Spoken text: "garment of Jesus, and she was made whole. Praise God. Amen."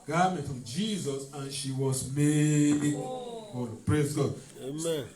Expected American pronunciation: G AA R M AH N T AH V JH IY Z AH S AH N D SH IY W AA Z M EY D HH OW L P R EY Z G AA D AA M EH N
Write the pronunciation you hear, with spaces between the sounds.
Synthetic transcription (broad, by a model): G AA M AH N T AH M JH IY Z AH S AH N SH IY W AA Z M EY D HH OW N P R EY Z G AA D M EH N